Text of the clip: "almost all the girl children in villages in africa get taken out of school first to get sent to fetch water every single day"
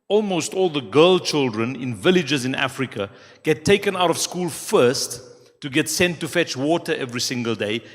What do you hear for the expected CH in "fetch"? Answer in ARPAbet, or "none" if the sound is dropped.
CH